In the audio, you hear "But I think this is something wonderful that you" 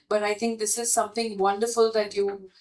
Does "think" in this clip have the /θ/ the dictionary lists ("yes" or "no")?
no